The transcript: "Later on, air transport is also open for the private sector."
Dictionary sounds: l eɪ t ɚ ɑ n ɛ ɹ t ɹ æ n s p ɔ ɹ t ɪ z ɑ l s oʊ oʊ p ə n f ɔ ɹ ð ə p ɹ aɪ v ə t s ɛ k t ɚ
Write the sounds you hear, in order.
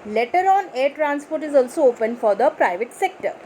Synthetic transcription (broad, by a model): l eɪ t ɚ ɑ n ɛ ɹ t ɹ æ n s p ɔ ɹ t ɪ z ɑ l s oʊ oʊ p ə n f ɔ ɹ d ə p ɹ aɪ v ə t s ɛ k t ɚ